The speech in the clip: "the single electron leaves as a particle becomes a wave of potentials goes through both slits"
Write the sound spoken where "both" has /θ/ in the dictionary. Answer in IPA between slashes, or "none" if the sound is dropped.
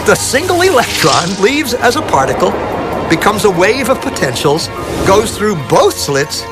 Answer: /θ/